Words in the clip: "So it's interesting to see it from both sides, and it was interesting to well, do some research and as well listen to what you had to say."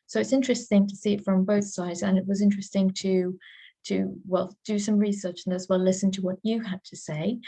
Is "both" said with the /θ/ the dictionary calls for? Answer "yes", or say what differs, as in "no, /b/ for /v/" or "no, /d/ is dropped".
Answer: yes